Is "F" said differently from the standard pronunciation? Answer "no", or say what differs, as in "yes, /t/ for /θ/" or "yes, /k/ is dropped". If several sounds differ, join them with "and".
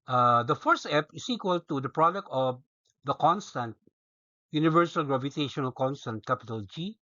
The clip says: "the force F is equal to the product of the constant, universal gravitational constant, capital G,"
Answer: yes, /p/ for /f/